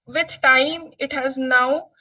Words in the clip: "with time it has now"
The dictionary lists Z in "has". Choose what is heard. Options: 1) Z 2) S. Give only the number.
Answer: 1